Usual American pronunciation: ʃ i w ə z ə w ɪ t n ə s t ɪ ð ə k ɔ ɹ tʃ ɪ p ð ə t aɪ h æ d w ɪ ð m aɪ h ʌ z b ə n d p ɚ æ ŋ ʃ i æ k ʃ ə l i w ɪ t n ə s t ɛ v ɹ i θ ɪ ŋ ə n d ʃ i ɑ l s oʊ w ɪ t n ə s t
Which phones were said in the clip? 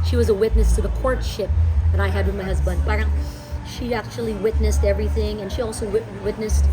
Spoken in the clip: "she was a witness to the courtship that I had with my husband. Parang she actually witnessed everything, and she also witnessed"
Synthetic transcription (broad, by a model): ʃ i w ə z ə w ɪ t n ə s t ɪ ð ə k ɔ ɹ tʃ ɪ p ð ə t aɪ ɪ d w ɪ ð m aɪ h ʌ z b ə n d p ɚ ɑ ʃ i æ k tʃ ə l i w ɪ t n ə s t ɛ v ɹ i θ ɪ ŋ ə n ʃ i ɑ l s oʊ w ɪ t n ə s t